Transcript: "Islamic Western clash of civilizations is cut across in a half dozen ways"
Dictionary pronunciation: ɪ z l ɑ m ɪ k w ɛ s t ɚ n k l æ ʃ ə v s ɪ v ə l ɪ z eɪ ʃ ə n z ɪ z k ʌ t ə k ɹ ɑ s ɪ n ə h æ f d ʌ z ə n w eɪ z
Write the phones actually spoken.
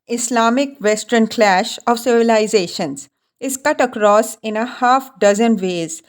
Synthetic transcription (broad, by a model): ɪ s l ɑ m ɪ k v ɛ s t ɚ n k l æ ʃ ə v s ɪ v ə l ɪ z eɪ ʃ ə n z ɪ z k ʌ t ə k ɹ ɑ s ɪ n ə h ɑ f d ʌ z ə n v eɪ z